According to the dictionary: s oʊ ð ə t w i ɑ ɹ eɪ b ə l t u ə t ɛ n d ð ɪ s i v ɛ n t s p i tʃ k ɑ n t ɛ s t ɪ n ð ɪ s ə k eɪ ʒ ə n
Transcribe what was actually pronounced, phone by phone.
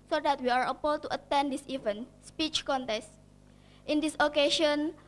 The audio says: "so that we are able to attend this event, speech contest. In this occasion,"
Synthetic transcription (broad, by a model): s oʊ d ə t w i ɑ ɹ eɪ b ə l t u ə t ɛ n d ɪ s i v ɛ n s p i tʃ k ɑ n t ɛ s t ɪ n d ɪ s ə k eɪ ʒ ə n